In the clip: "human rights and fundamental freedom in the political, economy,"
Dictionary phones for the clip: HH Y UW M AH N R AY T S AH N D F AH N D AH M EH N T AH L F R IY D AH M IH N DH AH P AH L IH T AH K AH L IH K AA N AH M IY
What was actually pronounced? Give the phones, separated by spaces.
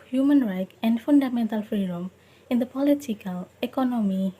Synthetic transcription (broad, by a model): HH Y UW M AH N R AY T AH N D F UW N D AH M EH N T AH L F R IY D AH M IH N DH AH P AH L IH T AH K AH L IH K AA N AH M IY